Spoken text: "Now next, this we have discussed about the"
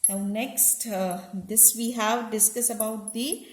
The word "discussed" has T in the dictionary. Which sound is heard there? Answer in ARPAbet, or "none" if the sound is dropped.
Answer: none